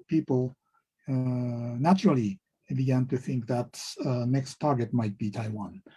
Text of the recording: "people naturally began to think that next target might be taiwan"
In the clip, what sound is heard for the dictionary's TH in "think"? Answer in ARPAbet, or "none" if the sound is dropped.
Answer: TH